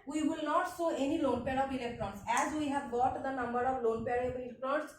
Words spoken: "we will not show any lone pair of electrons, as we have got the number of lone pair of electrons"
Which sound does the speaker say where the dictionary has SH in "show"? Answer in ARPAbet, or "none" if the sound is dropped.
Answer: S